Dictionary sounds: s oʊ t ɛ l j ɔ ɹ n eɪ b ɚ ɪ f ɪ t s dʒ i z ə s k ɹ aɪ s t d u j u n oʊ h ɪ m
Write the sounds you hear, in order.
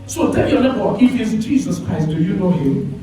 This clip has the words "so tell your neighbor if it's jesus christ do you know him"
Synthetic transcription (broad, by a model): s oʊ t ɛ n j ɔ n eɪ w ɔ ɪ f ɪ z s dʒ i z ə s k ɹ aɪ s t d u j u n oʊ h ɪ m